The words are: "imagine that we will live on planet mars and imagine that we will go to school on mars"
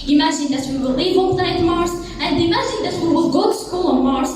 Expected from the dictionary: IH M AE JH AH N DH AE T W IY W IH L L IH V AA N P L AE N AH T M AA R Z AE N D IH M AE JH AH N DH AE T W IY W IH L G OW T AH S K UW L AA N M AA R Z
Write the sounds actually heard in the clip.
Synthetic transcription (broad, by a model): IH M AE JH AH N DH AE T W IY W IH L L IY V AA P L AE AH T M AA R S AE N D IH M AE JH AH N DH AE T W IY W IH L G OW T AH S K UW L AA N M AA R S